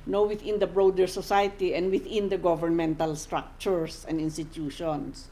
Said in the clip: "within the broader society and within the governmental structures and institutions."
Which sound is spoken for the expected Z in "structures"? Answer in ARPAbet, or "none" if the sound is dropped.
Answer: S